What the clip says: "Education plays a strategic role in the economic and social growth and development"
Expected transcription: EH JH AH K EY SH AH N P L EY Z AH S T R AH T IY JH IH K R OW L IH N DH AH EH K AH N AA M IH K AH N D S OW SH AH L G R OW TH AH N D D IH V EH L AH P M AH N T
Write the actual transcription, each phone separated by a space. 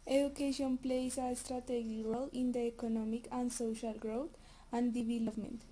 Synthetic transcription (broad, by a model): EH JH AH K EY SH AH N P L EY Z AH S T R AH T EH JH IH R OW L IH N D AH EH K AH N AA M IH K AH N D S OW SH AH L G R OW T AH N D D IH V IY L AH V M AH N T